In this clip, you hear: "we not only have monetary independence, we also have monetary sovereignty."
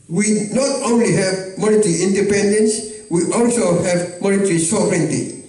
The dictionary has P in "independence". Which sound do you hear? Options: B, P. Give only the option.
P